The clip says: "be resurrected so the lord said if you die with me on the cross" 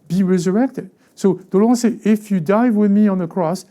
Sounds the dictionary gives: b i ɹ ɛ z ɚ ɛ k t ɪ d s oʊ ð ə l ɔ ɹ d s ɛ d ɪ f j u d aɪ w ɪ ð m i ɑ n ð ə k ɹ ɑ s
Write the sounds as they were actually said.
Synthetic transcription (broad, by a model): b i ɹ ɛ z ɚ ɛ k t ɪ d s oʊ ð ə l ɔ s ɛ ɪ f j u d aɪ w ɪ ð m i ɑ n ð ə k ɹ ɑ s